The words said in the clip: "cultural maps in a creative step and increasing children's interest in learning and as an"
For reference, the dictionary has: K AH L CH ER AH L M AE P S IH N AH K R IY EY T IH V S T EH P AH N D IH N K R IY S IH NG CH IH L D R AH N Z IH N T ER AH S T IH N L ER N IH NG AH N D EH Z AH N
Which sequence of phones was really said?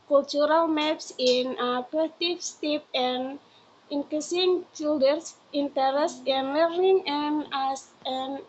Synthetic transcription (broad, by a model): K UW L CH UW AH L M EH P S IH N AH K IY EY T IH F S T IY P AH N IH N K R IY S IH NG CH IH L D AH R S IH N T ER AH S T IH N L ER N IH NG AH N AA S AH N